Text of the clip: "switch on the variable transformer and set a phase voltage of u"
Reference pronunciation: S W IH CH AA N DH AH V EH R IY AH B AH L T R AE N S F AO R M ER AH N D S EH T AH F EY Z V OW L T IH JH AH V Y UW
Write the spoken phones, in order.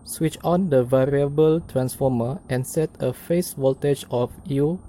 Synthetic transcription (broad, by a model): S W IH CH AA N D AH V EH R IY AH B AH L T R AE N S F AO M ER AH N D S EH T AH F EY S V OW L T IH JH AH F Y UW